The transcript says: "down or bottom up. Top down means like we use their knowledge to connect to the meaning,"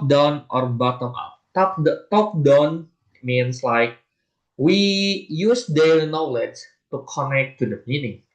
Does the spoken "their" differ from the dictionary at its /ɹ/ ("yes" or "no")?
yes